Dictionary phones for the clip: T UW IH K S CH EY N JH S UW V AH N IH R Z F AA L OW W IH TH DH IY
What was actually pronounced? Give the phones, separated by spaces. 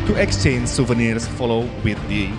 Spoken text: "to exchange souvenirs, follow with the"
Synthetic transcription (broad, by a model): T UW IH K S CH EY N JH S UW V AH N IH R S F AA L OW W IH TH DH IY